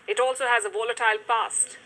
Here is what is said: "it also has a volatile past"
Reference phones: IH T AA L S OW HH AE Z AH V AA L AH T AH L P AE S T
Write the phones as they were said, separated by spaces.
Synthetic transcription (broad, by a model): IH T AA L S OW HH AE Z AH V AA L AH T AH L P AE S T